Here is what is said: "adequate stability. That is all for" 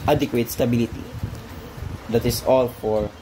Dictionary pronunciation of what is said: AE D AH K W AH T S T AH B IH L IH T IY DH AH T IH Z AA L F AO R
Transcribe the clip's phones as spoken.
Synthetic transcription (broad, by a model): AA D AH K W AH T S T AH B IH L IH T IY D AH T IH S AA L F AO R